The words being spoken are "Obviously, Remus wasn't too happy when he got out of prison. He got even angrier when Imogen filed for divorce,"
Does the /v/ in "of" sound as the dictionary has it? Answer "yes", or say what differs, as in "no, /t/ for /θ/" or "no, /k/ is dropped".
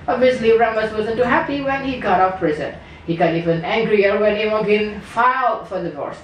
no, /p/ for /v/